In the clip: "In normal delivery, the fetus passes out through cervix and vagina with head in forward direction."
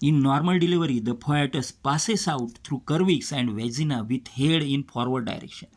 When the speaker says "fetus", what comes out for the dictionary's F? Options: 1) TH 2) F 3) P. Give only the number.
3